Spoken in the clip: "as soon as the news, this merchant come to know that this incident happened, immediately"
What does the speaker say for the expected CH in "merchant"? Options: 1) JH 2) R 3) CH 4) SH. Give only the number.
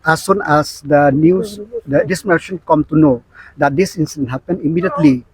4